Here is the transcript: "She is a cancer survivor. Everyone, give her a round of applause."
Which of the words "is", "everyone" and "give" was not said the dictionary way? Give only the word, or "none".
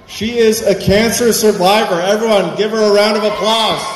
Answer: none